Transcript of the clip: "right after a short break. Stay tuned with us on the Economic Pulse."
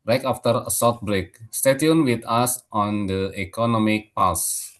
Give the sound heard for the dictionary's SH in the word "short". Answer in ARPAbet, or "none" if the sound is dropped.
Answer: S